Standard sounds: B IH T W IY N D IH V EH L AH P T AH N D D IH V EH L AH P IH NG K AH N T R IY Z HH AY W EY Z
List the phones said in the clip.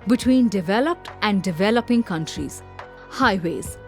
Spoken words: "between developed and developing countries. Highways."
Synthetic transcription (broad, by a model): B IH T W IY N D IH V EH L AH P T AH N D D IH V EH L AH P IH NG K AH N T R IY Z HH AY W EY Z